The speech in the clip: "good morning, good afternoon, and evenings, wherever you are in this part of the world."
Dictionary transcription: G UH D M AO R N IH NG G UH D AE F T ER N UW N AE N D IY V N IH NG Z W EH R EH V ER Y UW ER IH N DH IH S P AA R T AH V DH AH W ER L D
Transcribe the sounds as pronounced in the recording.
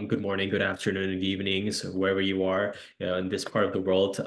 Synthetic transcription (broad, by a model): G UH D M AO R N IH NG G UH D AE F T ER N UW N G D IY V N IH NG Z W EH R EH V ER Y UW ER IH N DH IH S P AA R T AH V DH AH W ER L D